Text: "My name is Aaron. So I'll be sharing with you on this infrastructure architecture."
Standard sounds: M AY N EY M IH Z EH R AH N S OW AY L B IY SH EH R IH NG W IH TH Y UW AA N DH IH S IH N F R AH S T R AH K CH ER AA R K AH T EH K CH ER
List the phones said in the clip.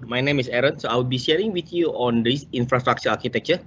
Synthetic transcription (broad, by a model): M AY N EY M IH S EH R AH N S OW AY W B IY SH EH R IH NG W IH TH Y UW AA N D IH S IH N F R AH S T R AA K CH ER AA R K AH T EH K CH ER